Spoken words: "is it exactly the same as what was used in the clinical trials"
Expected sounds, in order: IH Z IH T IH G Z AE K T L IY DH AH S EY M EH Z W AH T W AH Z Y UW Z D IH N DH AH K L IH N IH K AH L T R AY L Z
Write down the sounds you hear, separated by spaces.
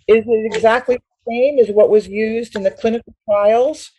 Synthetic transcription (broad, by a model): IH Z IH T IH G Z AE K T L IY DH AH S EY M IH Z W AH T W AH Z Y UW Z D IH N DH AH K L IH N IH K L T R AY L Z